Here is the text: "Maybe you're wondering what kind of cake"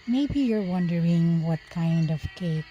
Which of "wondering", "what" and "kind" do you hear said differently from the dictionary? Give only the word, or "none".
none